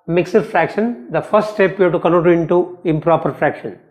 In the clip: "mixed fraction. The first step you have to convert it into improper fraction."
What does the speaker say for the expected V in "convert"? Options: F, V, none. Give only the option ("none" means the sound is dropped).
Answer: none